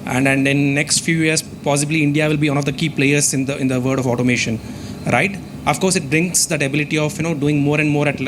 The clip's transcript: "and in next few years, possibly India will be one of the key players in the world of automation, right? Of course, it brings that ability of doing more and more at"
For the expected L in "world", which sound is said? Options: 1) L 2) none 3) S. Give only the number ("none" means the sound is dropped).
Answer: 2